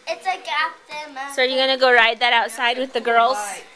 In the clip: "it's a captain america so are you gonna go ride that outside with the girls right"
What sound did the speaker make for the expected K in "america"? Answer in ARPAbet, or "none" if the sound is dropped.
none